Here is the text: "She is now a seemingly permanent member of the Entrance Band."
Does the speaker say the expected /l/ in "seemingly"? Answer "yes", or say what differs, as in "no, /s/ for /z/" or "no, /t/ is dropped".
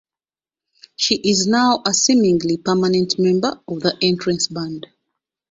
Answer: yes